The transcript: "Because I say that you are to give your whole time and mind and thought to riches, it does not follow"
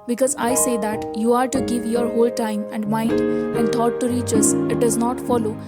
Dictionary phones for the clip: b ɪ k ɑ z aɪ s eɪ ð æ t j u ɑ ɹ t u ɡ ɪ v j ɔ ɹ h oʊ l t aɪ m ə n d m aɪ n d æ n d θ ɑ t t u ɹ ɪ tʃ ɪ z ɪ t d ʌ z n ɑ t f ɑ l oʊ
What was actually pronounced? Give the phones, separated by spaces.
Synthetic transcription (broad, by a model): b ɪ k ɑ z aɪ s eɪ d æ t j u ɑ ɹ t u ɡ ɪ v j ɔ ɹ h oʊ l t aɪ m ə n d m aɪ n d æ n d t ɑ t t u ɹ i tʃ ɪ s ɪ t d ʌ z n ɑ t f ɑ l oʊ